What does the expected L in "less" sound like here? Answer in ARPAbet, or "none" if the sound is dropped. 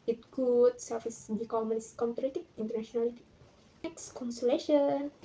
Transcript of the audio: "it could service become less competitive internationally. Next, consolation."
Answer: N